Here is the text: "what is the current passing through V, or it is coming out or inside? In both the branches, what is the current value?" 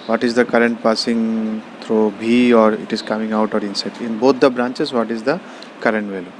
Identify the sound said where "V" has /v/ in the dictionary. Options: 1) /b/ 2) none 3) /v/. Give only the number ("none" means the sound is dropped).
1